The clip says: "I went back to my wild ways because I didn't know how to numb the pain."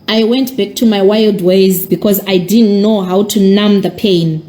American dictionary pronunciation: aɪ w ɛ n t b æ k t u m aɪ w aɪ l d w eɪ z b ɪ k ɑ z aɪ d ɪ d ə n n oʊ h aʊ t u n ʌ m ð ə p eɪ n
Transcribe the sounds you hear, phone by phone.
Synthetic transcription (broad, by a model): aɪ w ɛ n t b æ k t u m aɪ w aɪ l d w eɪ z b ɪ k ɑ z aɪ d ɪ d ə n n oʊ h aʊ t u n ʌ m ð ə p eɪ n